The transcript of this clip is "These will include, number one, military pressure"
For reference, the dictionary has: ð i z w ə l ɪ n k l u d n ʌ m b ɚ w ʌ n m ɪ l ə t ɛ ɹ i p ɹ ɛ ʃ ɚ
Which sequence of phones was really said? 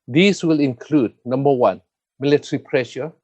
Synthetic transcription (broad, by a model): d i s w ə l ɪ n k l u d n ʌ m b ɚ w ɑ n m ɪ l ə t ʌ ɹ i p ɹ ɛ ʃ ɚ